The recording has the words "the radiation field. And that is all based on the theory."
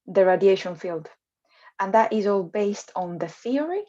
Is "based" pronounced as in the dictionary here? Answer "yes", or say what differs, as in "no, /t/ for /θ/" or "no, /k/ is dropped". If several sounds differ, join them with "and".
yes